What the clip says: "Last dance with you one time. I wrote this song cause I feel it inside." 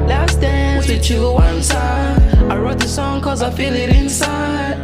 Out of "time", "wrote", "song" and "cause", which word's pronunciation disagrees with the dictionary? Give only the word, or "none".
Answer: time